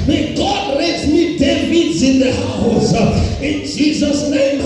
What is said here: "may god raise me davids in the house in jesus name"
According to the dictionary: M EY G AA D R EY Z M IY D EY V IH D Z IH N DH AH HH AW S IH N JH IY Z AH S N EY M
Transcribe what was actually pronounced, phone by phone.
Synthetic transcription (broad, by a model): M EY G AA D L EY S M IY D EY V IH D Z IH N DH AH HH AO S IH N JH IY Z AH S N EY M